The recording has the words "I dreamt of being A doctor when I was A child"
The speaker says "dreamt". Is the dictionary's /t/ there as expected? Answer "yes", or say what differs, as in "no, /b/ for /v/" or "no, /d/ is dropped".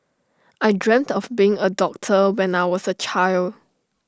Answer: yes